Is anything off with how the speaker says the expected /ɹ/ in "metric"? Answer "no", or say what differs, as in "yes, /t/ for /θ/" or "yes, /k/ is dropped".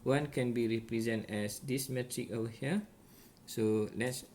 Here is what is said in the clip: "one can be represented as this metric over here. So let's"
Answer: no